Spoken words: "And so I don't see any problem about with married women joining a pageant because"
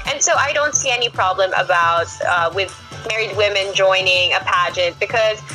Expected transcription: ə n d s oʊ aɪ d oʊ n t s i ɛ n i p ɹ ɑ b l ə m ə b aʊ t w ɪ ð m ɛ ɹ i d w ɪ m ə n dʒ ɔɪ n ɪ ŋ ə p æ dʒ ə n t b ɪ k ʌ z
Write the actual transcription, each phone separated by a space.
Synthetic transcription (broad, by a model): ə n s oʊ aɪ d oʊ n t s i ɛ n i p ɹ ɑ b l ə m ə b aʊ t w ɪ ð m ɛ ɹ i d w ɪ m ə n dʒ ɔɪ n ɪ ŋ ə p æ dʒ ə n t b ɪ k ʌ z